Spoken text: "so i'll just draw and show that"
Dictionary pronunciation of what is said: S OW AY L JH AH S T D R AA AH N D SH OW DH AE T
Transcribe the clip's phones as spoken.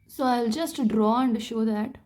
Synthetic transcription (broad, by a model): S OW AY L JH AH S T D R AA AH N D SH OW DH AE T